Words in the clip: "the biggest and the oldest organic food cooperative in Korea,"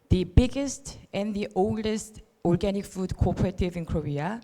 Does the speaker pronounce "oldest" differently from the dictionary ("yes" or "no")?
no